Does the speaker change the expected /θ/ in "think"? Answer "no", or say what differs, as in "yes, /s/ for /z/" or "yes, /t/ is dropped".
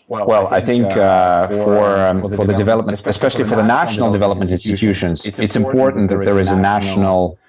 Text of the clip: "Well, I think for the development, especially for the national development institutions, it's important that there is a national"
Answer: no